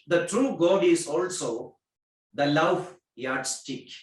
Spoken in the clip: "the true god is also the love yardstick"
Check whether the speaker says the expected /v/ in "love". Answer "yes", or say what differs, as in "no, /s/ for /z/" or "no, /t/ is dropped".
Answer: no, /f/ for /v/